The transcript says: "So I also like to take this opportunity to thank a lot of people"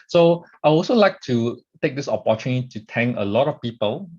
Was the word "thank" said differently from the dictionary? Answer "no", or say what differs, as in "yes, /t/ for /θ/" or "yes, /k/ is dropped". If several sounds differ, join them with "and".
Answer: yes, /k/ is dropped